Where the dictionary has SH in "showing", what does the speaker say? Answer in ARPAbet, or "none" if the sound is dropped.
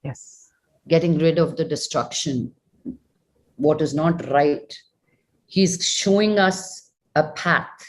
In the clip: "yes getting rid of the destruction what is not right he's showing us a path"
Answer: SH